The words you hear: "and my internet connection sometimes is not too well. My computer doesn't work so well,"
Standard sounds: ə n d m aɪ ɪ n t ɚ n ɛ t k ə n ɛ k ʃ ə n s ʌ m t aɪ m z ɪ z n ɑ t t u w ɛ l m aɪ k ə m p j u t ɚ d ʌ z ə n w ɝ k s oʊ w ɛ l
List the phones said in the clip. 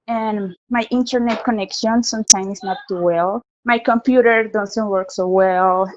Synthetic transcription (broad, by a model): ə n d m aɪ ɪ n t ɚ n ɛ t k ə n ɛ k ʃ ə n s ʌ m t aɪ m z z n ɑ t t u w ɛ l m aɪ k ə m p j u t ɚ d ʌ s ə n w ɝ k s oʊ w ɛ l